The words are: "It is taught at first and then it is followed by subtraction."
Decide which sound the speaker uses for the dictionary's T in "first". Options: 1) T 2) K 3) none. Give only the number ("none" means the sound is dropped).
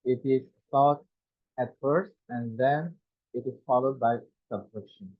1